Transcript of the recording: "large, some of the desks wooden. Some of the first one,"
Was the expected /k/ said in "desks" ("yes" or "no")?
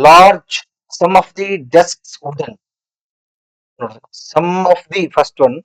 yes